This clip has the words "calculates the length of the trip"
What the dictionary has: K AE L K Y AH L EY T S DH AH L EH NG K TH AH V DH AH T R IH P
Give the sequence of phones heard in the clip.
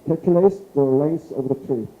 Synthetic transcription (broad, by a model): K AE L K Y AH L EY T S DH AH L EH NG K S AH V DH AH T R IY